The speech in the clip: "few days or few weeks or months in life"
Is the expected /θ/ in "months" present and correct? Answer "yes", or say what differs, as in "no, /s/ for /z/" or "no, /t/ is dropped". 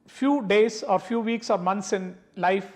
no, /t/ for /θ/